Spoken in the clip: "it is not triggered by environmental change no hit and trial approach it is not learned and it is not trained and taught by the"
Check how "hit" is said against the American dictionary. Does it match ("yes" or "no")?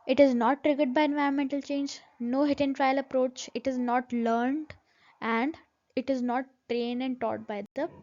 yes